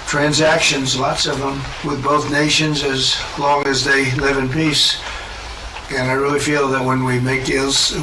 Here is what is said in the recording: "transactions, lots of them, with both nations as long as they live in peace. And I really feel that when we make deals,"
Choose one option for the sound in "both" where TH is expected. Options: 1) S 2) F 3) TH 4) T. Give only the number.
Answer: 3